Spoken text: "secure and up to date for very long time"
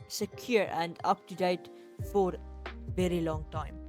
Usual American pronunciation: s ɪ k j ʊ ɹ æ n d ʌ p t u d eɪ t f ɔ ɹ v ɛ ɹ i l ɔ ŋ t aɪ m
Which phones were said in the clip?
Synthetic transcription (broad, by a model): s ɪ k j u ɹ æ n d ʌ p t u d eɪ t f ɔ ɹ v ɛ ɹ i l ɔ ŋ t aɪ m